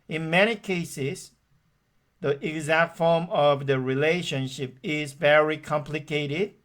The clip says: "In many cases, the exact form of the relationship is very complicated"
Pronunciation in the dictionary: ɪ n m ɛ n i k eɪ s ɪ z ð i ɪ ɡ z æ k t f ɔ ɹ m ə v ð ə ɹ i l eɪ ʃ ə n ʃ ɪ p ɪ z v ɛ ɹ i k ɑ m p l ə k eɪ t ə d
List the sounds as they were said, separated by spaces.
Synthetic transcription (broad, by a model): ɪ n m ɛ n i k eɪ s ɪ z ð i ɪ ɡ z æ k t f ɔ ɹ m ə v ð ə ɹ i l eɪ ʃ ə n ʃ ɪ p ɪ z v ɛ ɹ i k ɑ m p l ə k eɪ t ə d